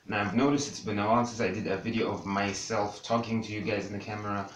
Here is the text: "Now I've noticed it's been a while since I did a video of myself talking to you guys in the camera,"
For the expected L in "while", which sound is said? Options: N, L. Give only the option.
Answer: N